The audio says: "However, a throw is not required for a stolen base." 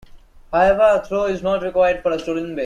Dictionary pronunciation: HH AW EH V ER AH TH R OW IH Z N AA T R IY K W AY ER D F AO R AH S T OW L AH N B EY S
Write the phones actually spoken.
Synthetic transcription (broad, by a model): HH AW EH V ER AH T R OW IH Z N AA T R IY K W AY ER D F AO R AH S T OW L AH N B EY